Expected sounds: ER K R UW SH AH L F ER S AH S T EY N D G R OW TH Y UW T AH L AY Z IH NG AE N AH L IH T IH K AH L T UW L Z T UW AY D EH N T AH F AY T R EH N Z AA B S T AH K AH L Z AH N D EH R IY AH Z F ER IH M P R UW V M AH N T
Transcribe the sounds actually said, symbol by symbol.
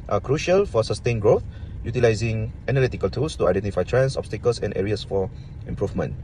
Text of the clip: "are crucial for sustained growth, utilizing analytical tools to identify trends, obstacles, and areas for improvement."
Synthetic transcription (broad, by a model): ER K R UW SH AH L F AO S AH S T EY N G R OW TH Y UW T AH L AY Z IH NG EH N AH L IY T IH K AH L T UW L S T UW AY D EH N T AH F AY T R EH N S AA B S T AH K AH L S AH N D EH R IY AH S F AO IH M P R UW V M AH N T